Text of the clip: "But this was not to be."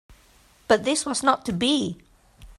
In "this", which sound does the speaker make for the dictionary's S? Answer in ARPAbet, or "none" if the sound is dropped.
S